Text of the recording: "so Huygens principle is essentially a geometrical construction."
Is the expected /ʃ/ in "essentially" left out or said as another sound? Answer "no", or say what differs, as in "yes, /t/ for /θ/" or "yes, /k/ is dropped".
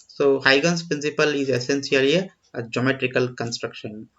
yes, /s/ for /ʃ/